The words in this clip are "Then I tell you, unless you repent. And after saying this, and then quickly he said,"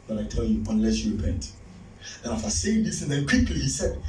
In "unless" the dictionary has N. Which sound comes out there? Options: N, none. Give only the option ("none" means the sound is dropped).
N